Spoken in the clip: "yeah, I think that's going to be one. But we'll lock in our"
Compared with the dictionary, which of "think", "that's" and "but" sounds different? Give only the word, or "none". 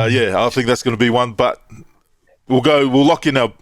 none